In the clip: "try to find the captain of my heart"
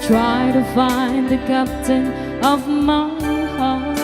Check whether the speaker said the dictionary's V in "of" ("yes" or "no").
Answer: yes